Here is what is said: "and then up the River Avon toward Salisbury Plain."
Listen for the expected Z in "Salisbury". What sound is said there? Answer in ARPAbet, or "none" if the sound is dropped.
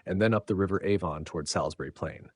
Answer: Z